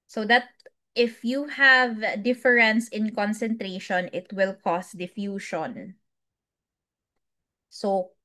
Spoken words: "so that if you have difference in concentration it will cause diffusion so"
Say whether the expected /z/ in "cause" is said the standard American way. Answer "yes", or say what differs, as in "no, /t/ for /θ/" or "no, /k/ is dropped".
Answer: no, /s/ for /z/